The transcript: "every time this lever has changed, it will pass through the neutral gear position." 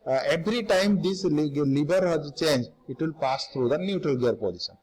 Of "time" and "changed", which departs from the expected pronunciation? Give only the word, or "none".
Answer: changed